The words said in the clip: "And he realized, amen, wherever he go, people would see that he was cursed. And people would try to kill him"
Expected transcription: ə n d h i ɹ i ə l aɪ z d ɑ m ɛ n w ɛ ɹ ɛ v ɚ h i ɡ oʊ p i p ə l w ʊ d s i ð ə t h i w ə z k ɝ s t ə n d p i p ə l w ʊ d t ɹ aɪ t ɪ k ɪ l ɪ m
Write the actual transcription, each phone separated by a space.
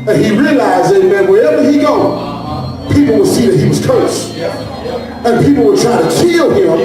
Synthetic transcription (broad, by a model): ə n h i ɹ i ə l aɪ z ɑ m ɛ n w ɛ ɹ ɛ v ɚ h i ɡ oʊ p i p l w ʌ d s i ð ə t h i w ə z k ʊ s ə n p i p l w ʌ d t ɹ aɪ t ɪ k ɪ l ɪ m